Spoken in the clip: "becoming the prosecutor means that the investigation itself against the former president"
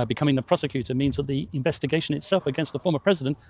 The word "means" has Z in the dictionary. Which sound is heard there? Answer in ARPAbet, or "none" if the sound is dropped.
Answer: Z